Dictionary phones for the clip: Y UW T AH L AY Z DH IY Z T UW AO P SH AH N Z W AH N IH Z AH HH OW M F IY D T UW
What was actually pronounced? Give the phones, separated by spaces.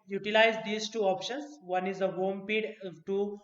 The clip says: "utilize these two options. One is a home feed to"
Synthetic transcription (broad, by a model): Y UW T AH L AY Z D IY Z T UW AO P SH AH N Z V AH N IH Z AH HH OW M P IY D T UW